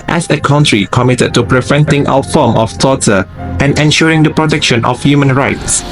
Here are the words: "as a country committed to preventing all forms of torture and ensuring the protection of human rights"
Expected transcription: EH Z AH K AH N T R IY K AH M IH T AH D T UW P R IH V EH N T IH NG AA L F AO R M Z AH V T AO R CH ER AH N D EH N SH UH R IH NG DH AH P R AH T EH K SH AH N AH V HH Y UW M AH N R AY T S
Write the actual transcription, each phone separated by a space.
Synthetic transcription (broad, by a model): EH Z AH K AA N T R IY K AH M IH T AH D T UW P R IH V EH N T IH NG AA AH F AO M AH F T AO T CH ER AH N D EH N SH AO R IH NG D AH P R AH T EH K SH AH N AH F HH Y UW M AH N R AY T S